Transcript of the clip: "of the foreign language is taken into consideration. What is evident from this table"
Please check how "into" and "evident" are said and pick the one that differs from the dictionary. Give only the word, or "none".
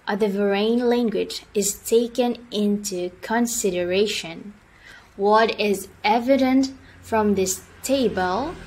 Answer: none